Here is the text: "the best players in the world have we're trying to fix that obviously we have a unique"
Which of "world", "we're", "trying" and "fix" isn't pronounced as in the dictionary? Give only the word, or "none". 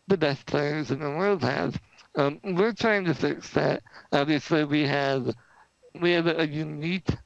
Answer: none